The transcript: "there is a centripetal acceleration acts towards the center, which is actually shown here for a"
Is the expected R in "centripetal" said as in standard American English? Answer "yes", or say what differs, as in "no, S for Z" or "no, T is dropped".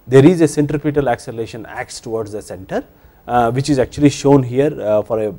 yes